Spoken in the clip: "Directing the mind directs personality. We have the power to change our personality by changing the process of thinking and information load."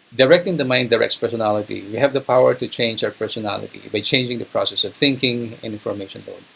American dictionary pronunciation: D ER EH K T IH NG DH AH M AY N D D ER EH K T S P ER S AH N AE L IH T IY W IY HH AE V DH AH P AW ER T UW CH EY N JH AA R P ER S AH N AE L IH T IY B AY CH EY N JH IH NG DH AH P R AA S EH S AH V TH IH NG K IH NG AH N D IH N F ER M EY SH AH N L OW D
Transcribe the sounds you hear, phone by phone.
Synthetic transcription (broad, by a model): D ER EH K T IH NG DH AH M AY N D D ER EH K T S P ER S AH N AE L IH T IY W IY HH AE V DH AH P AW ER T UW CH EY N JH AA W P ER S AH N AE L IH T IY B AY CH EY N JH IH NG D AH P R AA S EH S AH V TH IH NG K IH NG AH N D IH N F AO M EY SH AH N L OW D